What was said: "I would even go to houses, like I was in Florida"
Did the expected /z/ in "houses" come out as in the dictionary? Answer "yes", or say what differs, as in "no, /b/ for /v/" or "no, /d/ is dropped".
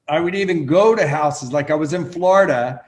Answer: yes